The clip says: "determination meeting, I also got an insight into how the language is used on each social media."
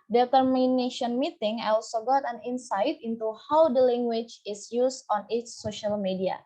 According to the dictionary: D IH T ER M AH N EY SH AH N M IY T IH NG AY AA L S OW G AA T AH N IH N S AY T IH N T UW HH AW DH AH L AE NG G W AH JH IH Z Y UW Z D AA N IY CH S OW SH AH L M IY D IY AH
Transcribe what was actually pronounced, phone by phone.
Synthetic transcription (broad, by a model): D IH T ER M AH N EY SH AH N M IY T IH NG AA L S OW G AA T AH N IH N S AY T IH N T UW HH AW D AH L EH NG G W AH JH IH S Y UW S AA N IY CH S OW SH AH L M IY D IY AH